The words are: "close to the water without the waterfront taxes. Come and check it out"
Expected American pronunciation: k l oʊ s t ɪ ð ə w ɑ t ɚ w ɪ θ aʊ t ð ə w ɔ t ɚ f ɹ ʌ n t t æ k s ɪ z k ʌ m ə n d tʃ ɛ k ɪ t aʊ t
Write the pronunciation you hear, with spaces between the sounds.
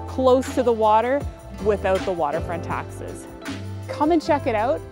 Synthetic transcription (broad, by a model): k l oʊ s t ɪ ð ə w ɑ t ɚ w ɪ θ aʊ t ð ə w ɔ t ɚ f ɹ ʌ n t t æ k s ɪ z k ʌ m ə n tʃ ɛ k ɪ t aʊ t